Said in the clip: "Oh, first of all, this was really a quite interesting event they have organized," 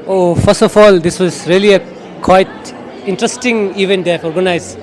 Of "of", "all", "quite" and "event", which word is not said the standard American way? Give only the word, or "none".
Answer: of